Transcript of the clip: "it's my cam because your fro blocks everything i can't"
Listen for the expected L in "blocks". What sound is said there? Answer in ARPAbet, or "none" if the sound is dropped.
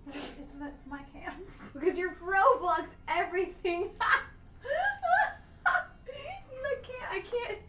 none